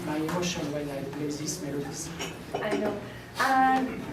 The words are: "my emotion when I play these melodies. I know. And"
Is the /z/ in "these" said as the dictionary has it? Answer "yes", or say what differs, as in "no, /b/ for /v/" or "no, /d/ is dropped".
no, /s/ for /z/